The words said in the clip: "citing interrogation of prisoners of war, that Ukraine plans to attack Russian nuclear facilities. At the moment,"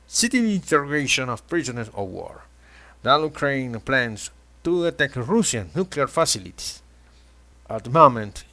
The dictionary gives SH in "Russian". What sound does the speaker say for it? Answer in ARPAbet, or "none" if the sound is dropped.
S